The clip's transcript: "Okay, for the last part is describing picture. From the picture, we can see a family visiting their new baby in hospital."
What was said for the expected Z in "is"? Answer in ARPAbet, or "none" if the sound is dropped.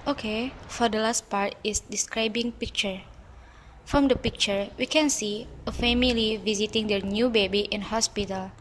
S